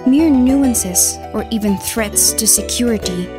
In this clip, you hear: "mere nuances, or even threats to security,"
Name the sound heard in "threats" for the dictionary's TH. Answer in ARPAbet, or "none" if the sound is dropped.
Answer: TH